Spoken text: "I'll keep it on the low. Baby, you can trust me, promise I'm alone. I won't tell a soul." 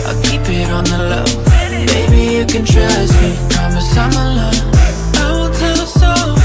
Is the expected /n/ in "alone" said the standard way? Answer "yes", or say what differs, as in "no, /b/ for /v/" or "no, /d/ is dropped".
no, /n/ is dropped